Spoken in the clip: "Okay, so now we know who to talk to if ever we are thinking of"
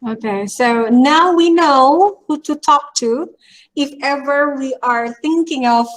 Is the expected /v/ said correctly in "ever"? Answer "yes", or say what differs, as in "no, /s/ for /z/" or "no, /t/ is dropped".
yes